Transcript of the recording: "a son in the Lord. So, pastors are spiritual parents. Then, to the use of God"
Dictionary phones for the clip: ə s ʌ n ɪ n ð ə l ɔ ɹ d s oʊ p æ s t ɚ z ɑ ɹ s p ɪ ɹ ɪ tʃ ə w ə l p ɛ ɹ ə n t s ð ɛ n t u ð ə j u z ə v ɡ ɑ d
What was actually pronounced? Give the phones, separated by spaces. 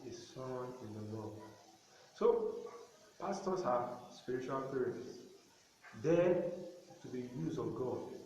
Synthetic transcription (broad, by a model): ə s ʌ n ɪ n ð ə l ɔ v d s oʊ p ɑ s t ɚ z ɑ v s p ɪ ɹ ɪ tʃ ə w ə l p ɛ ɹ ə t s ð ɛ t u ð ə j u z ə v ɡ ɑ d